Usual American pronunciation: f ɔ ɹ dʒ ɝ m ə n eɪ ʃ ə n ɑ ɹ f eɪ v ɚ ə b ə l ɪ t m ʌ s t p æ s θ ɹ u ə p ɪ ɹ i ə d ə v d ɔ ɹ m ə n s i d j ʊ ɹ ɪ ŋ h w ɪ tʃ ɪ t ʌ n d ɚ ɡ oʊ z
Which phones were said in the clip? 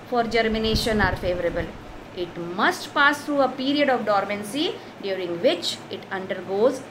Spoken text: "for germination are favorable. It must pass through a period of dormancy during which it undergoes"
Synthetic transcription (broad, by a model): f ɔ ɹ dʒ ɝ m ə n eɪ ʃ ə n ɑ ɹ f eɪ v ɚ ə b ə l ɪ t m ʌ s t p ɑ s t ɹ u ə p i ɹ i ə d ə v d ɔ ɹ m ə n s i d j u ɹ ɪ ŋ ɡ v ɪ tʃ ɪ t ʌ n d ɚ ɡ oʊ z